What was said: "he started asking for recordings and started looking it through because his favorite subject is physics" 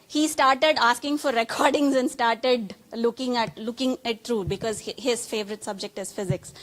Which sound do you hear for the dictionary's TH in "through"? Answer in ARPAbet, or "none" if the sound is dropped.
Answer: T